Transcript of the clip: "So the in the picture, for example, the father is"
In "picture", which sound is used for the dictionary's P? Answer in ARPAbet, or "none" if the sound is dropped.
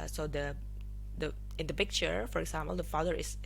P